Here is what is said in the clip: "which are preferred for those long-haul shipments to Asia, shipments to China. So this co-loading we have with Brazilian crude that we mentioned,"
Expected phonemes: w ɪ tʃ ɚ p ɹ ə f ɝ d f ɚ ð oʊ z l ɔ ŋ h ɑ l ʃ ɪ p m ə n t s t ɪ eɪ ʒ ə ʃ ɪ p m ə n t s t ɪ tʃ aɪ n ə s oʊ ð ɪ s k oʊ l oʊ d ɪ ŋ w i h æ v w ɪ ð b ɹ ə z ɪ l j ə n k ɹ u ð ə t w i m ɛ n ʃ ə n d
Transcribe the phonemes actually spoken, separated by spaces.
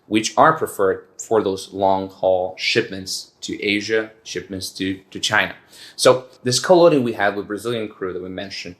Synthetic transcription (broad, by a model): w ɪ tʃ ɚ p ɹ ə f ɝ d f ɚ ð oʊ z l ɔ ŋ h ɑ l ʃ ɪ p m ə n t s t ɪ eɪ ʒ ə ʃ ɪ p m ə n t s t ɪ tʃ aɪ n ə s oʊ ð ɪ s k oʊ l oʊ d ɪ ŋ w i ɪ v w ɪ ð b ɹ ə z ɪ l j ə n k ɹ u ð ə t w i m ɛ n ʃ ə n